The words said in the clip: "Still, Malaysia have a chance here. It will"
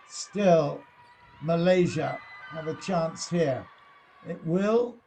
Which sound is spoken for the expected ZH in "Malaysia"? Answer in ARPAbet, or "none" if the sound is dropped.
ZH